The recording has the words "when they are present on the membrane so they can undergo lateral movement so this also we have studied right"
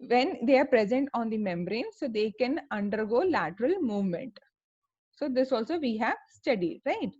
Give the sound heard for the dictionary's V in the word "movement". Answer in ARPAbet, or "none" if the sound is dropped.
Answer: V